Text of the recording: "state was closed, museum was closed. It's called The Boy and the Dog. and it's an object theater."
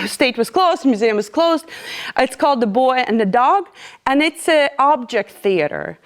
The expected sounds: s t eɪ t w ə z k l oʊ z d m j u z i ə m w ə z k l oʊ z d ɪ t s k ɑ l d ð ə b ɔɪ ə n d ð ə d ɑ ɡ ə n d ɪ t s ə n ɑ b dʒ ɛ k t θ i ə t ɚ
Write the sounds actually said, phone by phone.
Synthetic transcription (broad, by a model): s t eɪ t w ə z k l oʊ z m j u z i ə m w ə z k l oʊ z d ɪ t s k ɑ l d ð ə b ɔɪ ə n ð ə d ɑ ɡ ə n ɪ t s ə ɑ b dʒ ɛ k t θ i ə t ɚ